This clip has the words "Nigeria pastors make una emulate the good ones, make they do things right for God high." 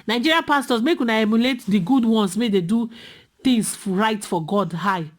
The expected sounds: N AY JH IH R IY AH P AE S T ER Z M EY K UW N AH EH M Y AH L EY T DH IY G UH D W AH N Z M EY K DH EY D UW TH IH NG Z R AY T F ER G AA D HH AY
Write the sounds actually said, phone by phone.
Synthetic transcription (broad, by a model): N AY JH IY R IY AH P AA S T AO S M EY K UW N AH EH M Y AH L EY T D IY G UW D W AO N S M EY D EY D UW T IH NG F R AY T F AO G AA D HH AY